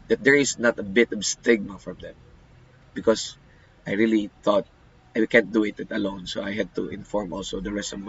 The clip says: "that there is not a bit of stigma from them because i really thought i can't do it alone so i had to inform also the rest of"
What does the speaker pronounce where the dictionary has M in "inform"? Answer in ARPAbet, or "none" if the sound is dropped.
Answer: M